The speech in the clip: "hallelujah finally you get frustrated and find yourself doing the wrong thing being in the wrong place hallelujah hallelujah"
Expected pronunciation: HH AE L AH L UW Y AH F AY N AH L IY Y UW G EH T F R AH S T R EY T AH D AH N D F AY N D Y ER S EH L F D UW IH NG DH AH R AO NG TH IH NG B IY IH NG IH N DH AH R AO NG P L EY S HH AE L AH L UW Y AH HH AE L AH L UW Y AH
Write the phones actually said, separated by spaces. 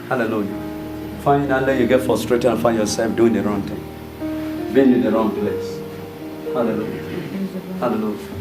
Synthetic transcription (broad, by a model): HH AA L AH L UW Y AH F AY N AH L IY Y UW G EH T F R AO S T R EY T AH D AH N F AY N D Y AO S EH L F D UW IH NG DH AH R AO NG T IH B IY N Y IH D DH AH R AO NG P L EY S HH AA L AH L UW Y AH HH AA L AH L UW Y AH